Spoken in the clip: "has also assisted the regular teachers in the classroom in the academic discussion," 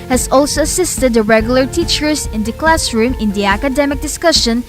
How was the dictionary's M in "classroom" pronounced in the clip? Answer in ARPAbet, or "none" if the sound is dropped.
M